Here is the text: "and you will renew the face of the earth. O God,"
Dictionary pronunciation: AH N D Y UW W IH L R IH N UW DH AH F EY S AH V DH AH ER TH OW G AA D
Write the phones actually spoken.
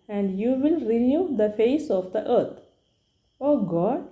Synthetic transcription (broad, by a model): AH N D Y UW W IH L R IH N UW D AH F EY S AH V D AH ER T OW G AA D